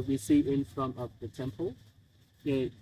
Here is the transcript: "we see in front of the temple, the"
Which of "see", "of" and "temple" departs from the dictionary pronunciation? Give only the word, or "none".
of